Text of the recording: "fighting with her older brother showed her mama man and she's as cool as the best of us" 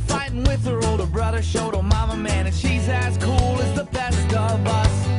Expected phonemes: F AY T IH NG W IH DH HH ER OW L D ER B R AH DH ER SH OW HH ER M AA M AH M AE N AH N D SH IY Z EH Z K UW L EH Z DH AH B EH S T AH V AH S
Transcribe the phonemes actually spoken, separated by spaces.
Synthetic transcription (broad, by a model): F AY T IH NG W IH DH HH ER OW L D ER B R AH DH ER SH OW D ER M AA M AH M AE N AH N SH IY Z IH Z K UW L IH Z DH AH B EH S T AH V AH S